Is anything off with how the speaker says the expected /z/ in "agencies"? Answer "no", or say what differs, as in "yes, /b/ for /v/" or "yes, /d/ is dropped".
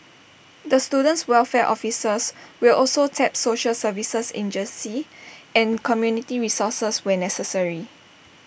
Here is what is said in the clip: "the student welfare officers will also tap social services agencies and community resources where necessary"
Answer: yes, /z/ is dropped